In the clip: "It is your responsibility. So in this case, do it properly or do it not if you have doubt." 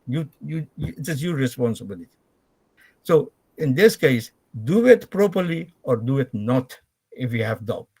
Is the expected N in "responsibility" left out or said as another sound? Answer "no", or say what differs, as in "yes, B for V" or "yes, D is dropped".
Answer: no